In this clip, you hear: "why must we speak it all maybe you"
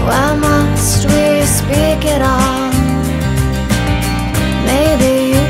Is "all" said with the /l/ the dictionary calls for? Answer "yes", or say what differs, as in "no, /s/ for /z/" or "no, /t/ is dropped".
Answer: no, /n/ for /l/